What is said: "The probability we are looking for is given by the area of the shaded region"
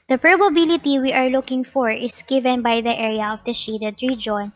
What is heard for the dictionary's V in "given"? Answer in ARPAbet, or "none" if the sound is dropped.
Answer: V